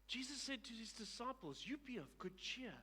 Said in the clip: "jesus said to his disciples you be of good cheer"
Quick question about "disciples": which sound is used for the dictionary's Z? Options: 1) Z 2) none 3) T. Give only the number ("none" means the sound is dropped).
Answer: 1